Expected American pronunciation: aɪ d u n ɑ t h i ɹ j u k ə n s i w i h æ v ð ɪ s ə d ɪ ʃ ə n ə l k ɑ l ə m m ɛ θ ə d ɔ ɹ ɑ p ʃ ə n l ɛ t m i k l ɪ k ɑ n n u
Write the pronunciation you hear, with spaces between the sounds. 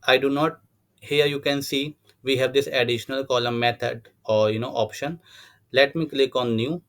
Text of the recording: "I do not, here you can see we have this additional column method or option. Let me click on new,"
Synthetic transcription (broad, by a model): aɪ d u n ɑ t h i ɹ j u k ə n s i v i h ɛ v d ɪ s ə d ɪ ʃ ə n ə l k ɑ l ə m m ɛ t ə d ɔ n ɑ p ʃ ə n l ɛ t m i k l ɪ k ɑ n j u